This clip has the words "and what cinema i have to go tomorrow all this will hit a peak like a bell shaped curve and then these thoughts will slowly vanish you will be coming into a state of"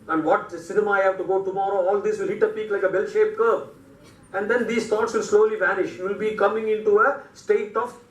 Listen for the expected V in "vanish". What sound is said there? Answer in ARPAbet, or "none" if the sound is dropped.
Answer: V